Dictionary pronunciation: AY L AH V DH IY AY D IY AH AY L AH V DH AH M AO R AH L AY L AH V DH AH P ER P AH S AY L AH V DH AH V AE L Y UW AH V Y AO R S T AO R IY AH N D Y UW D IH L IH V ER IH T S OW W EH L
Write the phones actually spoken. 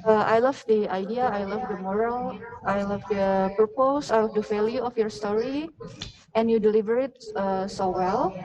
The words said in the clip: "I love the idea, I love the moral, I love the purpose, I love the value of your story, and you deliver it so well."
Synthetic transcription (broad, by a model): AY L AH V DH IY AY D IY AH AY L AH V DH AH M AO R AH L AY L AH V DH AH P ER P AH S AY L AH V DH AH F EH L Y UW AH F Y AO R S T AO R IY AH N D Y UW D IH L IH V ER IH T S OW W EH L